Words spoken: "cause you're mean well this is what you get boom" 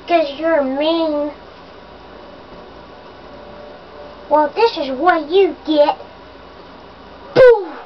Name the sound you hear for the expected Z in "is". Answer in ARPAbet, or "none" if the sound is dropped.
Z